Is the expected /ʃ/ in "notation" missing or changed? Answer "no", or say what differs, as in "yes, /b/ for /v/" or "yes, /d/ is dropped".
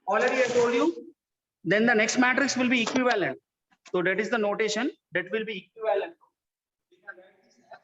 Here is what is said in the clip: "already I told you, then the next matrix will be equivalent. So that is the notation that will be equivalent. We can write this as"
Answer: no